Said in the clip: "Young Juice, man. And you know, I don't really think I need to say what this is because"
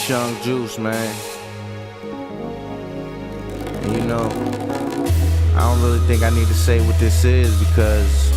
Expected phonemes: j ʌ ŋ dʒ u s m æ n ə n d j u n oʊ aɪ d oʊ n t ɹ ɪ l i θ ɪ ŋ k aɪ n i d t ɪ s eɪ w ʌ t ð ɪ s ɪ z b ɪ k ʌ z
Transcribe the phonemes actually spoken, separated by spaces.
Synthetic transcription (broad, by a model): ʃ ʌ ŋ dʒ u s m æ n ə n j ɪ n oʊ aɪ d oʊ n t ɹ ɪ l i θ ɪ ŋ k aɪ n i d t ɪ s eɪ w ʌ t ð ɪ s ɪ z b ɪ k ʌ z